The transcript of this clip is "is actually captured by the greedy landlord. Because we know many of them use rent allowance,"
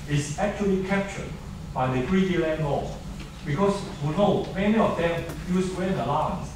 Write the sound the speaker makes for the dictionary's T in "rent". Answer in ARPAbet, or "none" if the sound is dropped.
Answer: none